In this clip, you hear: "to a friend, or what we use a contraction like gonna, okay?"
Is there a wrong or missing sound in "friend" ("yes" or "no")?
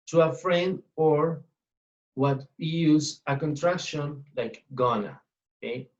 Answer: no